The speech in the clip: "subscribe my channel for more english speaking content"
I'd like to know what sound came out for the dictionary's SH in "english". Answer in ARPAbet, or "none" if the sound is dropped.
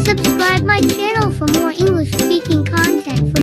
SH